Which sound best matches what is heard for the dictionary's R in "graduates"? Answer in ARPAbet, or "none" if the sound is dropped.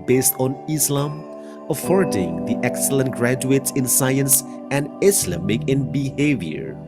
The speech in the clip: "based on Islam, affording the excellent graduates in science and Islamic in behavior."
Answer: R